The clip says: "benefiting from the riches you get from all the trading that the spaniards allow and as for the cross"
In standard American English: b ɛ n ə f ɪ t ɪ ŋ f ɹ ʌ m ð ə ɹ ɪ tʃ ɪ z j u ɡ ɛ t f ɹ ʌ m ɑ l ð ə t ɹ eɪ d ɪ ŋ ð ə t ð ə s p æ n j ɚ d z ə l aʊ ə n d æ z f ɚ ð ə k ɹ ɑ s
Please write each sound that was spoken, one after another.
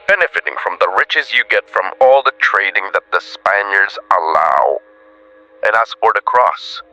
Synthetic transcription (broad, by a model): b ɛ n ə f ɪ t ɪ ŋ f ɹ ʌ m ð ə ɹ ɪ tʃ ɪ z j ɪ ɡ ɛ t f ɹ ʌ m ɑ l ð ə t ɹ eɪ d ɪ ŋ ð ə t ð ə s p æ n j ɚ d z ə l aʊ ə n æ s f ɚ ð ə k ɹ ɑ s